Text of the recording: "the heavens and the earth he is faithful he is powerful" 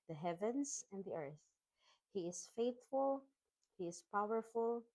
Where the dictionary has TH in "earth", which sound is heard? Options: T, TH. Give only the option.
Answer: TH